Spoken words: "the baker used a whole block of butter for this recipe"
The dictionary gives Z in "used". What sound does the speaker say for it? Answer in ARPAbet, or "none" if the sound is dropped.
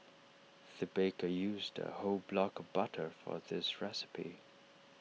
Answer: Z